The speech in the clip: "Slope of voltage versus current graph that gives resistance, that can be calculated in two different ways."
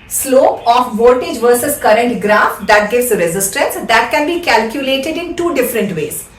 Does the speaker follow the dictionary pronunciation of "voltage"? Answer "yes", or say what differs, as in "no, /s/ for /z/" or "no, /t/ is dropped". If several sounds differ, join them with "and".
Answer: no, /l/ is dropped